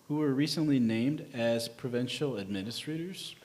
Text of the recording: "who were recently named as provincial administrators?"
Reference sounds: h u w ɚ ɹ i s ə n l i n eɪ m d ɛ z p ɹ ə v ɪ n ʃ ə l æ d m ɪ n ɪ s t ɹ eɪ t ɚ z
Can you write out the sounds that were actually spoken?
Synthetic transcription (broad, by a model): h u w ɚ ɹ i s ə n l i n eɪ m d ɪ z p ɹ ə v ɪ n ʃ l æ d m ɪ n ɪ s t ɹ eɪ t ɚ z